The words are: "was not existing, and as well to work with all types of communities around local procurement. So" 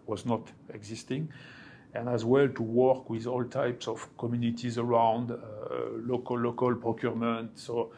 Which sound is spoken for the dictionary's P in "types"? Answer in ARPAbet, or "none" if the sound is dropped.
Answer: P